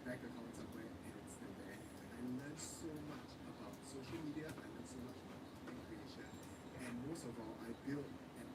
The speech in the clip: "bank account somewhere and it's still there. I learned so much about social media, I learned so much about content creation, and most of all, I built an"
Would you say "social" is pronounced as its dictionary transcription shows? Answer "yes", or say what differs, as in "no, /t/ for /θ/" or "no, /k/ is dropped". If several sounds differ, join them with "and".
yes